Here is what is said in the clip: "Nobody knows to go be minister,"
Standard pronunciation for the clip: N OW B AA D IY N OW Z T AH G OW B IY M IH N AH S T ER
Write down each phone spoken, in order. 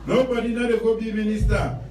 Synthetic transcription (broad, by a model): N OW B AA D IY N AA T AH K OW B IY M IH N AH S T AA